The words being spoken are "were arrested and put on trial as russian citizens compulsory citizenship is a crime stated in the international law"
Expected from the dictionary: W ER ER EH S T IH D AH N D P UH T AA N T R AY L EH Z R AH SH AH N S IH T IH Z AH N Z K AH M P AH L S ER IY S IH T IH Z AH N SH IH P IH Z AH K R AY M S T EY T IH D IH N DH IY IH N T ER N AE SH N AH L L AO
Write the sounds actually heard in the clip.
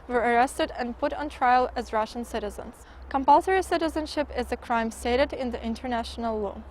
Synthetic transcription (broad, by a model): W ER ER EH S T IH D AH N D P UH T N T R AY L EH Z R AH SH AH N S IH T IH Z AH N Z K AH M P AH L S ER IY S IH T IH Z AH N SH IH P IH Z AH K R AY M S T EY T IH D IH N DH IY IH N T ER N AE SH N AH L L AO